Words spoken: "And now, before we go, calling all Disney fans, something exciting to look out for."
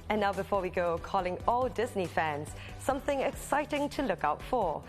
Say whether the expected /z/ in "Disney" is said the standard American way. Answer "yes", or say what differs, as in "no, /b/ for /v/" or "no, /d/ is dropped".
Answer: yes